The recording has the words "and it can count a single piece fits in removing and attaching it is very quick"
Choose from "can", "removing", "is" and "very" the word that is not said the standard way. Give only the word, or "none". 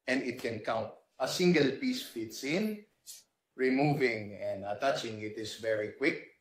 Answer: is